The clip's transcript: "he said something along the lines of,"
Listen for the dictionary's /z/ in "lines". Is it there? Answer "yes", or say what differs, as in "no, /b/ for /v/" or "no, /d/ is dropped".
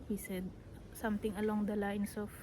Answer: no, /s/ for /z/